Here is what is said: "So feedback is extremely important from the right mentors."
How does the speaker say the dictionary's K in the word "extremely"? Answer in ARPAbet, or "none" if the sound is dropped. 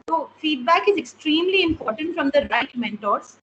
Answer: K